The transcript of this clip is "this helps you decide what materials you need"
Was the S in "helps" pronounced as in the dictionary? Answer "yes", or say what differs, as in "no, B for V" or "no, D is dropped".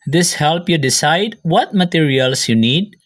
no, S is dropped